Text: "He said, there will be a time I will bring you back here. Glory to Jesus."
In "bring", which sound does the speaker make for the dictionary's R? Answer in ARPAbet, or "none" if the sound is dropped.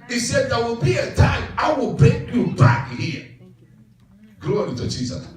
none